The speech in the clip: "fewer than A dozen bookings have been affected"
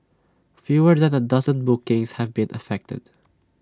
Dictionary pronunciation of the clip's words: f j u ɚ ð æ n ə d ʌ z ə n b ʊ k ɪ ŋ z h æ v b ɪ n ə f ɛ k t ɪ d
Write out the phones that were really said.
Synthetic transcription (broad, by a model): f j u ɚ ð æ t ə d ʌ z ə n b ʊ k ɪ ŋ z h æ v b ɪ n ə f ɛ k t ɪ d